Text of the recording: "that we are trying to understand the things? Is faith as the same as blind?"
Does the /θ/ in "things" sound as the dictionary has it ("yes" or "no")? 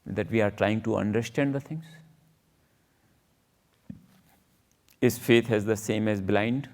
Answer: no